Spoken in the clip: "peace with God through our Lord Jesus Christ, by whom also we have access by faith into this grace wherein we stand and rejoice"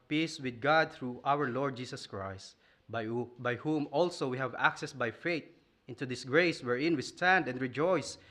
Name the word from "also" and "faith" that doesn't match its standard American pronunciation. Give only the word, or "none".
faith